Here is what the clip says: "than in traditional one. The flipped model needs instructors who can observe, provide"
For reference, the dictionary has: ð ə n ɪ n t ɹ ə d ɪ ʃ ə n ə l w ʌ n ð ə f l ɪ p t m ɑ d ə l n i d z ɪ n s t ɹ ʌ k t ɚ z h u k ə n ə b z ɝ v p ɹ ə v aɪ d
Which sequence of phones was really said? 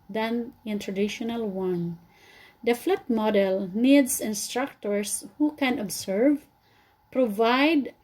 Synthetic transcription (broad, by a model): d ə n ɪ n t ɹ ə d ɪ ʃ ə n ə l w ʌ n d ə f l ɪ t m ɑ d ə l n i d s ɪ n s t ɹ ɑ k t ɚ s h u k ə n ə b s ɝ v p ɹ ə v aɪ d